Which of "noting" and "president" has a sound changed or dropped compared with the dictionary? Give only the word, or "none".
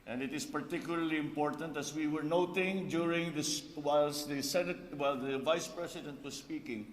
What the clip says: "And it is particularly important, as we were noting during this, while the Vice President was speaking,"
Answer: president